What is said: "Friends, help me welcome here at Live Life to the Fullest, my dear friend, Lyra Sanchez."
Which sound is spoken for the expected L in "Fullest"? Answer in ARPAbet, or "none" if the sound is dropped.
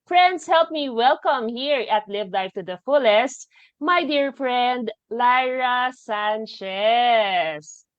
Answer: L